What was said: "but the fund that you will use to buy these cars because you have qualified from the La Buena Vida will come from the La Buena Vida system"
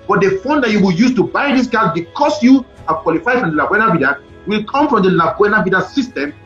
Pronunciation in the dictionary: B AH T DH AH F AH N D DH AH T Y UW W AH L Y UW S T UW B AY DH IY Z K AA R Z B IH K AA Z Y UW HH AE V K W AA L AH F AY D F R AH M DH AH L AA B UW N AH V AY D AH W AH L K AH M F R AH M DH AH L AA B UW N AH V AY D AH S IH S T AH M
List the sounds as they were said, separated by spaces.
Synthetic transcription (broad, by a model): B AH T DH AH F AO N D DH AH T Y UW W AH L Y UW S T UW B AY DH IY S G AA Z B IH K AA S Y UW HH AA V K W AA L AH F AY D F R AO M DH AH L AA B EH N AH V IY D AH W AH L K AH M F R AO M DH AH L AA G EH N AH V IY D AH S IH S T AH M